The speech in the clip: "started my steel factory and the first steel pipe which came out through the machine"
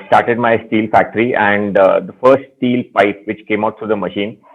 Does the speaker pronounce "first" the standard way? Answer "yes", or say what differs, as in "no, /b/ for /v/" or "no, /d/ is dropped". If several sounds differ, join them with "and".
yes